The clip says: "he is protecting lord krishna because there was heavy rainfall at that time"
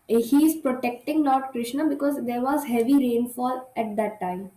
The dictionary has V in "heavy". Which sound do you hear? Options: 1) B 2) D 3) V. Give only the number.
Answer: 3